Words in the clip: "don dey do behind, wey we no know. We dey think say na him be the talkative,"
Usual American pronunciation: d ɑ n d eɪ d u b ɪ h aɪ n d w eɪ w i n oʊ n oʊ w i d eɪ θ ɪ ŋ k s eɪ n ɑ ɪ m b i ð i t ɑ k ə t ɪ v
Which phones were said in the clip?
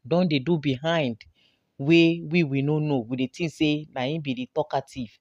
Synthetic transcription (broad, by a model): d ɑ n d eɪ d u b ɪ h aɪ n d w eɪ w i n oʊ n oʊ w i d eɪ t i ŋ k s eɪ n ɑ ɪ b i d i t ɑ k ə t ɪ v